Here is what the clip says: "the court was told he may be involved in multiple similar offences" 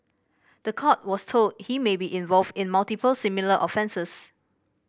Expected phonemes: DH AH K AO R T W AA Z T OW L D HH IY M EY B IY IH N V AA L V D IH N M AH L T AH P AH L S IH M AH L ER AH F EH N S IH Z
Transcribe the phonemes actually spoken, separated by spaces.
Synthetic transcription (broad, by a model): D AH K AO T W AA S T OW L D HH IY M EY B IY IH N V AA L V D IH N M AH L T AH P AH L S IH M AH L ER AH F EH N S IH S